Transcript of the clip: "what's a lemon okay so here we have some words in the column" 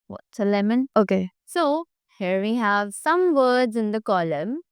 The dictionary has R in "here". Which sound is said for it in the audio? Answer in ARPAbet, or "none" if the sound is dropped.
R